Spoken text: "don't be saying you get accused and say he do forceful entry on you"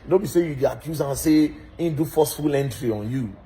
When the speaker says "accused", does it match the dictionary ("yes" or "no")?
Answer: no